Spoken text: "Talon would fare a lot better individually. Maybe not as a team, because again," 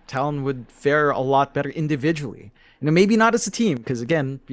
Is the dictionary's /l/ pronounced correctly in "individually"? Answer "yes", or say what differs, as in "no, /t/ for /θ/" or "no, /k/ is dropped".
no, /n/ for /l/